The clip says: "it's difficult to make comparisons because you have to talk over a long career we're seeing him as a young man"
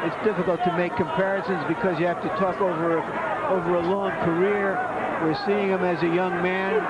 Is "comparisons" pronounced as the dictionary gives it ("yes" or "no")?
yes